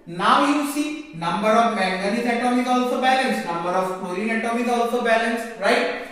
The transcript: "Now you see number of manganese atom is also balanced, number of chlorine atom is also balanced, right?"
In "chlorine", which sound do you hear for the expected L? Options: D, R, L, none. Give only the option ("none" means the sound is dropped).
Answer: none